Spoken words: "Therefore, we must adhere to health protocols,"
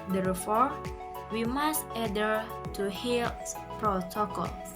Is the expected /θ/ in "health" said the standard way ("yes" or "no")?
no